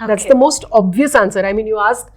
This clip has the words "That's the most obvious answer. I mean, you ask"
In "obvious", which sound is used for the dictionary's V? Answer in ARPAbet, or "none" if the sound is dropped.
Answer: V